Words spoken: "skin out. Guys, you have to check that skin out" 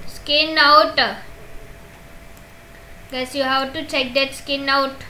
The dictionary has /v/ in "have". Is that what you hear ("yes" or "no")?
no